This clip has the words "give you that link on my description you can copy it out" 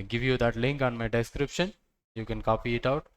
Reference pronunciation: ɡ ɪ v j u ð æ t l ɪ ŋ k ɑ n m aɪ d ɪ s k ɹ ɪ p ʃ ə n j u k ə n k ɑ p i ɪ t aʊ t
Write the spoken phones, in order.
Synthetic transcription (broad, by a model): ɡ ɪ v j u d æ t l ɪ ŋ k ɑ n m aɪ d ɪ s k ɹ ɪ p ʃ ə n j u k ə n k ɑ p i ɪ t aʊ t